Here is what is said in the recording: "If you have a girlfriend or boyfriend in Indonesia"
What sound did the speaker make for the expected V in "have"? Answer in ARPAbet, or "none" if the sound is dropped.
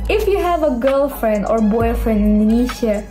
V